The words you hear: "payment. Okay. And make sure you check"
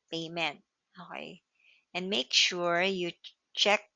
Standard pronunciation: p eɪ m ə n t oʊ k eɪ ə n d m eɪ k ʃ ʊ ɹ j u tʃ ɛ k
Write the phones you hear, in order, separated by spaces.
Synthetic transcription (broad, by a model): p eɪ m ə n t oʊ ɪ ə n m eɪ k ʃ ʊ ɹ j u tʃ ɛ k